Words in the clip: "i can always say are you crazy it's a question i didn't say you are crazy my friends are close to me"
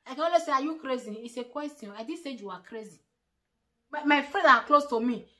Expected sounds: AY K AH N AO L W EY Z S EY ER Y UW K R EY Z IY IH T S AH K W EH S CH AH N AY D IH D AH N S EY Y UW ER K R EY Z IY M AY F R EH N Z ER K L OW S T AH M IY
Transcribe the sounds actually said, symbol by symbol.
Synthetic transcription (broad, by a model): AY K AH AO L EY S EY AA Y UW K R EY Z IY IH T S AH K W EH S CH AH AO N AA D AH S EY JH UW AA K R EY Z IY M AY F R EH Z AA K L OW S T AH M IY